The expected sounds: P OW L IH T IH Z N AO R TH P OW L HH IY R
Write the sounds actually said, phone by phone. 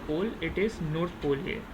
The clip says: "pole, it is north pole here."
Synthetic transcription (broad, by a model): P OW L IH T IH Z N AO R T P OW L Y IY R